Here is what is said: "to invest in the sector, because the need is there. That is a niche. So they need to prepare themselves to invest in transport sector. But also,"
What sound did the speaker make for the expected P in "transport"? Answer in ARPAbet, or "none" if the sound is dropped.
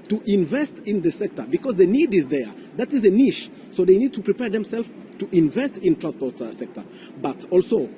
P